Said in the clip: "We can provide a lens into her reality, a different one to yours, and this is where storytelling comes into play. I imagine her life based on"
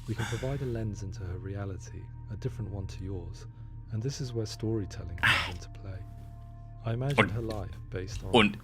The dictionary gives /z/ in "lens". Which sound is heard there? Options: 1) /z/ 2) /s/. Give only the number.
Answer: 1